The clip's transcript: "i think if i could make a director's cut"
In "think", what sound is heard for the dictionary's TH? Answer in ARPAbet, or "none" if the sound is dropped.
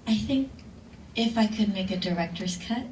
TH